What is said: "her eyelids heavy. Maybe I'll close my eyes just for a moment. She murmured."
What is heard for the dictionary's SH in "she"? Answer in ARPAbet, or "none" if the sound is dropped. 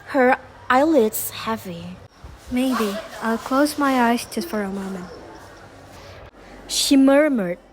SH